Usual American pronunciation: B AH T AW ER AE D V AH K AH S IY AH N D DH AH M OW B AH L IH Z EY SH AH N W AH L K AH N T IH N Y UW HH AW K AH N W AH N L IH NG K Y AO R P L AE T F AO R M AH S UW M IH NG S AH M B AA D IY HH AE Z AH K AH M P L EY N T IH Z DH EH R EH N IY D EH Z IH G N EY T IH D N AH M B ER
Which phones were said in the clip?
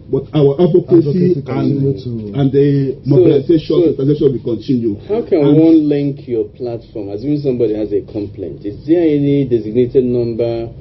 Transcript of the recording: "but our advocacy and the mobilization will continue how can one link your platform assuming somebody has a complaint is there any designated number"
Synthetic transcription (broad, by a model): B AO T AW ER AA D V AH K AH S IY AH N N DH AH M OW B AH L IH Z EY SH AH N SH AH W K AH N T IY N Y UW HH AW K AH N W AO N L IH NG K Y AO P L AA T F AO M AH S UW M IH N S AH M B AA D IY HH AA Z AH K AH M P L EY N T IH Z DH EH EH N IY D EH Z IH G N EY T IH D N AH M B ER